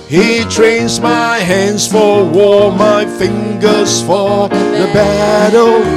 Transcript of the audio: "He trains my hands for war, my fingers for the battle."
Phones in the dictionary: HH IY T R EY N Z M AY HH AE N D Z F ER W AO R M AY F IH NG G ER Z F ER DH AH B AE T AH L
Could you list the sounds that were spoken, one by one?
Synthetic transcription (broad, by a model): HH IY T R EY N Z M AY HH AE N D Z F ER W AO R M AY F IH NG G ER Z F ER DH AH B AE T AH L